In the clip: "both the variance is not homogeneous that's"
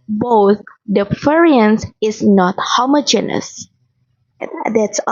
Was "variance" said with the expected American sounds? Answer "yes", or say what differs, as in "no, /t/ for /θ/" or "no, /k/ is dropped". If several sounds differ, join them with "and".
no, /f/ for /v/